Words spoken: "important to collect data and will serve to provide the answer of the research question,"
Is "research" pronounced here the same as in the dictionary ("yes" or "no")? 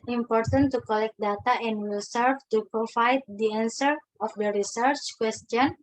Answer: yes